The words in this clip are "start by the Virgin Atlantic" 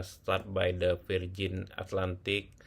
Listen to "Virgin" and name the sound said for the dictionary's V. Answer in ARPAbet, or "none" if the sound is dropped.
F